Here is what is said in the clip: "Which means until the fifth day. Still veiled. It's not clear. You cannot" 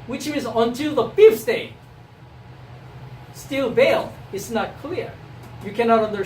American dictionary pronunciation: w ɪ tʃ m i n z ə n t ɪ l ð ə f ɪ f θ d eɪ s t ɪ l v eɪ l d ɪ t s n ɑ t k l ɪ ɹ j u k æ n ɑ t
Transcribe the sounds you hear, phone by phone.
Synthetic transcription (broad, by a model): w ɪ tʃ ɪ z ə n t ɪ l ð ə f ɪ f s d eɪ s t ɪ l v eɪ l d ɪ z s n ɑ t k l ɪ ɹ j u k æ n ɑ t